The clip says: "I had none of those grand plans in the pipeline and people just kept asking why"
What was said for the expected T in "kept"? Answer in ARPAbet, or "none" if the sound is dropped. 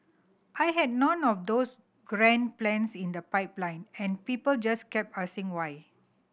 none